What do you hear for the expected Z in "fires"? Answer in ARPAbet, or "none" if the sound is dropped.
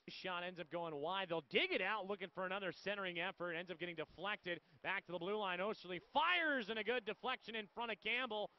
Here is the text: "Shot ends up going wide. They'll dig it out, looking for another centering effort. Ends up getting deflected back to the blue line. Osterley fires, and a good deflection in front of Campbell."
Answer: Z